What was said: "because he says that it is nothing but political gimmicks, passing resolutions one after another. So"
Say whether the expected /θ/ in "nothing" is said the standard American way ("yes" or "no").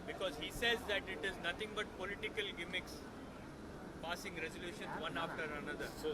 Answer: no